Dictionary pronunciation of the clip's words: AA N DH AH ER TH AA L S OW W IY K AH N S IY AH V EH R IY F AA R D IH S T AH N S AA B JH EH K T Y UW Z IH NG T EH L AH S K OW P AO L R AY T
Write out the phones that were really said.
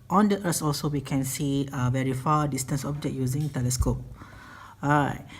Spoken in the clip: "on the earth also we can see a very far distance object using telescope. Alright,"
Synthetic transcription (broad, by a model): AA N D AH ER S AA L S OW W IY K AH N S IY AH V EH R IY F AA D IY S T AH N S AA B JH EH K Y UW Z IH NG T EH L AH S K OW P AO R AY